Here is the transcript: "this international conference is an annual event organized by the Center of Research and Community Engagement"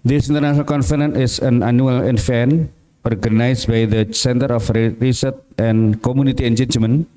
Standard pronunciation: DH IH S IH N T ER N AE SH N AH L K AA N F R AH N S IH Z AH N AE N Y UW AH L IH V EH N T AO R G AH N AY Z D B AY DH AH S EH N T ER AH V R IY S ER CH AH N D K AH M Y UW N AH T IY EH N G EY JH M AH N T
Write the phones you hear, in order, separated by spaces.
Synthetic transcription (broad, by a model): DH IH S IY N T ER N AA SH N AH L K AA N F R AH N IH S AH N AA N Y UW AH L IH F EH N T AO R G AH N AY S B AY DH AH S EH N T ER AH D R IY S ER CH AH N K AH M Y UW N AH T IY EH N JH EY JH M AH N